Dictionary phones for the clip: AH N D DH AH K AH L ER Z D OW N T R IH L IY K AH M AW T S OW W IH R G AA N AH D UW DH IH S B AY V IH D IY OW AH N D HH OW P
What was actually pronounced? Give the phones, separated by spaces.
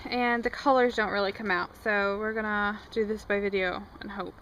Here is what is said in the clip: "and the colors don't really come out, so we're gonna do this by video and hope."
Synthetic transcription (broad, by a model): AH N DH AH K AH L ER Z D OW N T R IH L IY K AH M AW T S OW W IH R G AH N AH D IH DH IH S B AY V IH D IY OW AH N HH OW P